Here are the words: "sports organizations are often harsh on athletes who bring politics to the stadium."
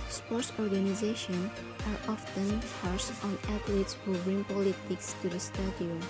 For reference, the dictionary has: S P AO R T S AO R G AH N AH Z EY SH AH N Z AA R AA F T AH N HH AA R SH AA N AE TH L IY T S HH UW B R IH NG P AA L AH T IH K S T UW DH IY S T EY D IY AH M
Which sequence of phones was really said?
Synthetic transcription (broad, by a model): S P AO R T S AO R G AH N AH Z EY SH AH N AA R AA F T AH N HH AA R S AA N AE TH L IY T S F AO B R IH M P AA L AH T IH K S T UW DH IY S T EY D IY